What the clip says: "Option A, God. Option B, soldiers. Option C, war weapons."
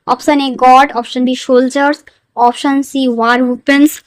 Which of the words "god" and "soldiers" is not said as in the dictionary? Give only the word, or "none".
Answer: soldiers